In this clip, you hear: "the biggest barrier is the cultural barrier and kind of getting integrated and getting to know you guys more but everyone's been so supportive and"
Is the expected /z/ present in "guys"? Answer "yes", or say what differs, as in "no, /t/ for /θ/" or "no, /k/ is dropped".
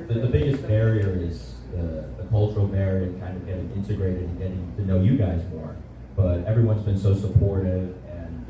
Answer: yes